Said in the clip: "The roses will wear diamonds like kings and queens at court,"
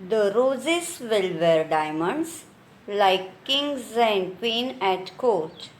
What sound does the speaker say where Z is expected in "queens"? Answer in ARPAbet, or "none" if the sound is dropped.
none